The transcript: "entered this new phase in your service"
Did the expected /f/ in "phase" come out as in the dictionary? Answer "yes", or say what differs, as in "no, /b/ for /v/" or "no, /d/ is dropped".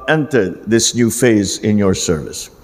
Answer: yes